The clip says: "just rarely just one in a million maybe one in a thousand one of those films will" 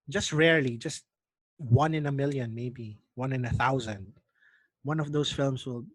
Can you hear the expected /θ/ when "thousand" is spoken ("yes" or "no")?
yes